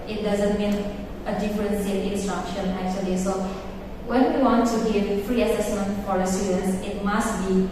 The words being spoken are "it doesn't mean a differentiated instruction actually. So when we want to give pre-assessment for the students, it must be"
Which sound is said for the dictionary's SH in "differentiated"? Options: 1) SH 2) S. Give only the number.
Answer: 2